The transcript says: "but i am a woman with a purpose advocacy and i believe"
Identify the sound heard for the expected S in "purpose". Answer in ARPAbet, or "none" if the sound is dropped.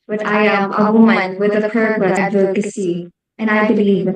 none